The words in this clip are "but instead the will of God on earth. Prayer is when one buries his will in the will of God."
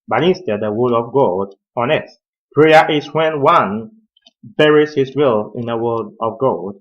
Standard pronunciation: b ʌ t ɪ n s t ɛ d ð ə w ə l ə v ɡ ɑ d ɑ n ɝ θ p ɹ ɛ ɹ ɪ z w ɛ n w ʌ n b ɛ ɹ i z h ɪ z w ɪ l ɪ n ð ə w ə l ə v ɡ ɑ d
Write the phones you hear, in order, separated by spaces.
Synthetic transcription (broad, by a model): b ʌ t ɪ n s t ɛ d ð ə w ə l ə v ɡ ɑ d ɑ n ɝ t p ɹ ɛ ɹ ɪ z w ɛ n w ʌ n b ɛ ɹ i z h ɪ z w ɪ l ɪ n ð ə w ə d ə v ɡ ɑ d